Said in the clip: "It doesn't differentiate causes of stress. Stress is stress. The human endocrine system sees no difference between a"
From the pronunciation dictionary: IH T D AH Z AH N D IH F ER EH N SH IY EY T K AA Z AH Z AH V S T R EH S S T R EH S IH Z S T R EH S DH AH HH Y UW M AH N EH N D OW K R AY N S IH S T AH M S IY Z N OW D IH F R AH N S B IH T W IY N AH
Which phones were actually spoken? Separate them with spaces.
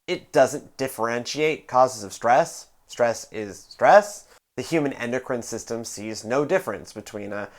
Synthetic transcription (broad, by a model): IH T D AH Z AH N D IH F ER EH N SH IY EY T K AA Z AH Z AH V S T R EH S S T R EH S IH Z S T R EH S DH AH HH Y UW M AH N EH N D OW K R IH N S IH S T AH M S IY Z N OW D IH F R AH N S B IH T W IY N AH